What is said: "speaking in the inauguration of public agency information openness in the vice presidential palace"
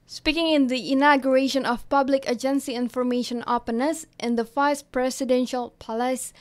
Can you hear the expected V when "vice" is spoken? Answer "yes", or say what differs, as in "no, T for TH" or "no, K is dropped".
no, F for V